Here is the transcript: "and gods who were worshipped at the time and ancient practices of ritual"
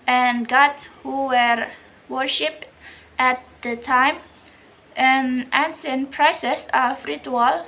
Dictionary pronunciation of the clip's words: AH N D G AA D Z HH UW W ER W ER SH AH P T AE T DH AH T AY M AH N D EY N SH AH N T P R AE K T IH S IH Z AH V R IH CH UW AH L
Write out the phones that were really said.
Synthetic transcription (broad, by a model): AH N G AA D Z HH UW W ER W ER SH AH P T AE T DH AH T AY M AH N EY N S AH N P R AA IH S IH S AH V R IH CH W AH L